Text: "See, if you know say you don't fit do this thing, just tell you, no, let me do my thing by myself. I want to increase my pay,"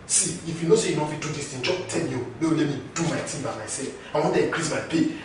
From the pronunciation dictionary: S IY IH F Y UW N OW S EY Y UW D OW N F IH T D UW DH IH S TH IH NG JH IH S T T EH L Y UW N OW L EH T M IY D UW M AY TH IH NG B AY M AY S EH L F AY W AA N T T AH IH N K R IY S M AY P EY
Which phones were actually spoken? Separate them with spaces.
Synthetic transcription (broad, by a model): S IY IH F Y UW N OW S EY Y UW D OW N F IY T D UW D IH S T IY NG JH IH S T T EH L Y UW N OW L EH T M IY D UW M AY T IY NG B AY M AY S EH L F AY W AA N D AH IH K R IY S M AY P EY